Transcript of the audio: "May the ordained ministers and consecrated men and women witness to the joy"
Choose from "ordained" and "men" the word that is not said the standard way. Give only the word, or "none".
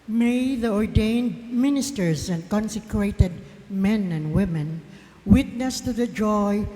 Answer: none